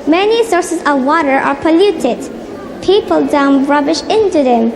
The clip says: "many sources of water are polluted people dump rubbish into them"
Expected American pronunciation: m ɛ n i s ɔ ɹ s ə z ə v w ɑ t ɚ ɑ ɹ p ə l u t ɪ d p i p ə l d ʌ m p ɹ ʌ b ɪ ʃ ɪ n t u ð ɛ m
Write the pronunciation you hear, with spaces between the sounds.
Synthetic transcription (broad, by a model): m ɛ n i s ɔ ɹ s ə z ə v w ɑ t ɚ ɑ ɹ p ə l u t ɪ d p i p ə l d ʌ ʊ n ɹ ʌ b ɪ ʃ ɪ n t u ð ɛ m